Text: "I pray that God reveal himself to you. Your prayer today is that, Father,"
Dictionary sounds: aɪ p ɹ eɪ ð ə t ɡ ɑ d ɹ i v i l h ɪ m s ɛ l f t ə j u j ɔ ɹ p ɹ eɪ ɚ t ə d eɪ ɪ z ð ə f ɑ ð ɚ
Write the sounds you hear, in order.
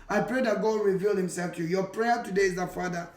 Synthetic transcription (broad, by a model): aɪ p ɹ eɪ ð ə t ɡ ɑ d ɹ i v i l h ɪ m s ɛ l f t j u j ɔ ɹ p ɹ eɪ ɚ t ə d eɪ ɪ z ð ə f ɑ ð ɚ